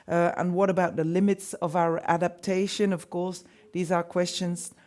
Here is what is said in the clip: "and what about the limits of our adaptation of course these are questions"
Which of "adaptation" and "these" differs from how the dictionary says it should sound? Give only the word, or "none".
none